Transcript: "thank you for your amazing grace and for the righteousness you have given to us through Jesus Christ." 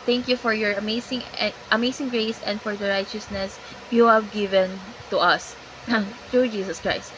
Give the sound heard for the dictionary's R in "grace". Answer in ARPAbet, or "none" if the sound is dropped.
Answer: R